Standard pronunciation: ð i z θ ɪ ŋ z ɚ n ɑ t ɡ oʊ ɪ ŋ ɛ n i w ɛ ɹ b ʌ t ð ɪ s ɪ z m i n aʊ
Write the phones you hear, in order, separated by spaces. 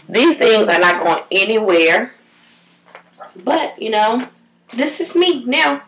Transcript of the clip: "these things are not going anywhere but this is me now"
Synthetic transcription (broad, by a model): ð i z θ ɪ ŋ z ɚ n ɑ t ɡ oʊ ɪ ŋ ɛ n i w ɛ ɹ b ʌ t ð ɪ s ɪ z m i n aʊ